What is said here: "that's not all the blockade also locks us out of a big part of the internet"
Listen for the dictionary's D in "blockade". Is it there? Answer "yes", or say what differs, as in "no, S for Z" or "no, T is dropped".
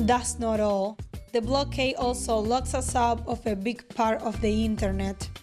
no, D is dropped